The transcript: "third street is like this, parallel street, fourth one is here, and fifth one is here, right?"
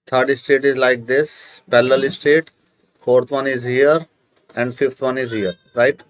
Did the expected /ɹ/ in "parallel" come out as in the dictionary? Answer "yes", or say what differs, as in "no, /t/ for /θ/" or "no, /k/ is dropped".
no, /l/ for /ɹ/